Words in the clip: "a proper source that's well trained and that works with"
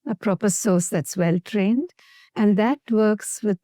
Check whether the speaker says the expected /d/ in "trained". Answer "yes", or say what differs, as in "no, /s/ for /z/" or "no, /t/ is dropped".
yes